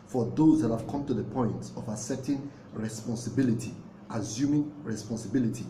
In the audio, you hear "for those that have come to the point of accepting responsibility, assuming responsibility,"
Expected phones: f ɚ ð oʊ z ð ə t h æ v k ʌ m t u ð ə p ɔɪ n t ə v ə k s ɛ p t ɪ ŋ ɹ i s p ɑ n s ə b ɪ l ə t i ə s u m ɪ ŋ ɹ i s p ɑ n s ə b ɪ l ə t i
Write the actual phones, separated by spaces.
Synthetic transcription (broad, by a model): f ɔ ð oʊ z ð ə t h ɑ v k ʌ m t u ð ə p ɔɪ n t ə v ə s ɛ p t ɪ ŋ ɹ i s p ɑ n s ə b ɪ l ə t i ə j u m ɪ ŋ ɹ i s p ɑ n s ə b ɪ l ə t i